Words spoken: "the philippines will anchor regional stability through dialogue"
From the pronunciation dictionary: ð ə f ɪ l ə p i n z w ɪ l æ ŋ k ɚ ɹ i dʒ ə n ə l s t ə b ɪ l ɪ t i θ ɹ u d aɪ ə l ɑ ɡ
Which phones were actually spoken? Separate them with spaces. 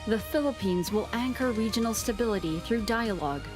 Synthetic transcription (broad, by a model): ð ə f ɪ l ə p i n z w ɪ l æ ŋ k ɚ ɹ i dʒ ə n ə l s t ə b ɪ l ɪ t i θ ɹ u d aɪ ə l ɑ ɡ